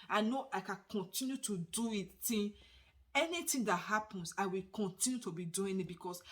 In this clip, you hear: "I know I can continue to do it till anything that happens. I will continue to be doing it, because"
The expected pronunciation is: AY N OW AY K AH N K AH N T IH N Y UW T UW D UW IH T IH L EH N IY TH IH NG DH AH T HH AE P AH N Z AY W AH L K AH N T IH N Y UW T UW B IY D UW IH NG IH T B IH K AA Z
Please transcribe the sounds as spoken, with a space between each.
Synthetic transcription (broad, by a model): AY N OW AY K AH N K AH N T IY N Y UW T UW D UW IH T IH N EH N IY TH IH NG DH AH T HH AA P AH N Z AY W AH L K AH N T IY N Y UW T UW B IY D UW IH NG IH T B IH K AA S